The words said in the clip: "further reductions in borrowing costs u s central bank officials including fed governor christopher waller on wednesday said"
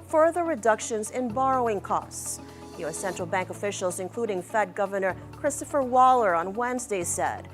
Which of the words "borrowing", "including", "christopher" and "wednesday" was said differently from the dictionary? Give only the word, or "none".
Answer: none